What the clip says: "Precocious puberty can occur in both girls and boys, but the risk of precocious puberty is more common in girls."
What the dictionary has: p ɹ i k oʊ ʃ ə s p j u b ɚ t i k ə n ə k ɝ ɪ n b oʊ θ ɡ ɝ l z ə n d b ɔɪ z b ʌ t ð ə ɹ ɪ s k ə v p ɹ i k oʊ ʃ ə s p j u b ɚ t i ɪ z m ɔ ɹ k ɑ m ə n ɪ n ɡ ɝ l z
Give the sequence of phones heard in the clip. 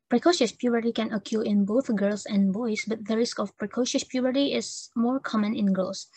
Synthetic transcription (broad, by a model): p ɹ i k oʊ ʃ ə s p j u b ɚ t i k ə n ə k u ɪ n b oʊ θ ɡ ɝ l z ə n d b ɔɪ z b ʌ t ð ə ɹ ɪ s k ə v p ɹ i k oʊ ʃ ə s p j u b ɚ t i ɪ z m ɔ ɹ k ɑ m ə n ɪ n ɡ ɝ l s